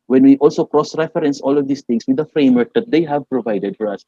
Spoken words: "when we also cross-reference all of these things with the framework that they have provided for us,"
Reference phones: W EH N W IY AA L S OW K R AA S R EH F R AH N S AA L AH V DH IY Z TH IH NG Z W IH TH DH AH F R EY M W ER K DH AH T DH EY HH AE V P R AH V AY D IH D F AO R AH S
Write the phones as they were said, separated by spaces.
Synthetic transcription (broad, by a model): W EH N W IY AA L S OW K R AA S R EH F R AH N S AA L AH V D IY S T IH NG S W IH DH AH F R EY M W ER K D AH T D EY HH AE V P R AH V AY D IH D F AO R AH S